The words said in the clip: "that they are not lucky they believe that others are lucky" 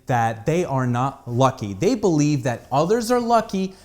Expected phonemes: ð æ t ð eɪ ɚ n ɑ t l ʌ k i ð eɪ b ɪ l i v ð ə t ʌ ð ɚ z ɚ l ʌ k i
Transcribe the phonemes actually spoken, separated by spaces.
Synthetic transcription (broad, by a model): ð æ t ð eɪ ɚ n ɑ t l ʌ k i ð eɪ b ɪ l i v ð ə t ʌ ð ɚ z ɚ l ʌ k i